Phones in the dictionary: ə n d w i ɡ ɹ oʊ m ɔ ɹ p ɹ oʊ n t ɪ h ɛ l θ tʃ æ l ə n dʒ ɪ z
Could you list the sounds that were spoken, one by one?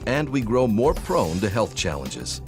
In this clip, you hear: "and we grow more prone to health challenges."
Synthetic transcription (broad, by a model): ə n d w i ɡ ɹ oʊ m ɔ ɹ p ɹ oʊ n t ɪ h ɛ l θ tʃ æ l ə n dʒ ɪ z